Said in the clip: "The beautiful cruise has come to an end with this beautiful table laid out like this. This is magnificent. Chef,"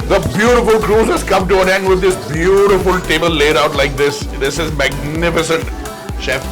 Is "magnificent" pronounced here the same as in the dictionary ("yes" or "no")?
yes